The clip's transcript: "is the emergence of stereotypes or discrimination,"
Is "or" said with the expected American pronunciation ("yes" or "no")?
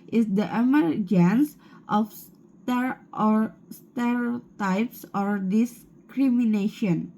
yes